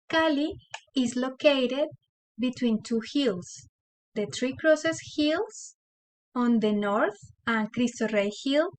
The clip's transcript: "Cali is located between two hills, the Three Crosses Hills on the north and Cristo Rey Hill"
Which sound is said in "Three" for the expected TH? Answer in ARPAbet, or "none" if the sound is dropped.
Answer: T